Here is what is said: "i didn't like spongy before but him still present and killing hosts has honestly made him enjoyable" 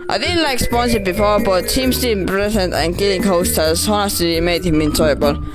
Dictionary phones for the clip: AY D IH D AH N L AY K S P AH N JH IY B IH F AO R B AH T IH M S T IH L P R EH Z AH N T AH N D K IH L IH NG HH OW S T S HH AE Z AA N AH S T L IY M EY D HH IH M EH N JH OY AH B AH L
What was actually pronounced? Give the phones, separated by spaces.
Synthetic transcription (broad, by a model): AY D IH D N L AY K S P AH N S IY B IH F AO R B AH T IH M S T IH N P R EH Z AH N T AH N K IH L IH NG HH OW S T HH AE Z AA N AH S T L IY M EY D HH IH M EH N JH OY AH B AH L